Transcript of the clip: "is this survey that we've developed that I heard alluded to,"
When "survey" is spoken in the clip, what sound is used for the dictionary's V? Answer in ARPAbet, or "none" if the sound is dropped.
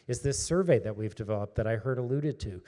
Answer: V